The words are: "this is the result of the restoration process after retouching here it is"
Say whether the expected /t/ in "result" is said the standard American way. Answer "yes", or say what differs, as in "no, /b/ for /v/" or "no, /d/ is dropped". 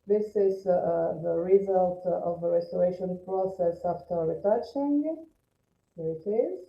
yes